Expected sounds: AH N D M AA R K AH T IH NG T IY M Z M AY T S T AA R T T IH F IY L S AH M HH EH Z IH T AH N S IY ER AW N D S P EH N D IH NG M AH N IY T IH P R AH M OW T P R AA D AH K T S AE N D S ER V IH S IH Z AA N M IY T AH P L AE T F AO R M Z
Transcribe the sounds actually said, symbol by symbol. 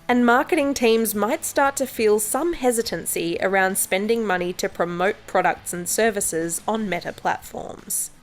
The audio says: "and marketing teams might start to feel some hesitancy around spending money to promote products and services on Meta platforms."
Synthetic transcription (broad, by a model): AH N M AA R K AH T IH NG T IY M Z M AY T S T AA R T T IH F IY L S AH M HH EH Z IH T AH N S IY ER AW N D S P EH N D IH NG M AH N IY T IH P R AH M OW T P R AA D AH K T S N S ER V IH S IH Z N M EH T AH P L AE T F AO R M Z